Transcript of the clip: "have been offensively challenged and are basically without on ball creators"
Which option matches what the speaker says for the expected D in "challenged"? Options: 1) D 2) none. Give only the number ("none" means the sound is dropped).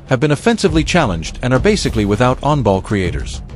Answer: 1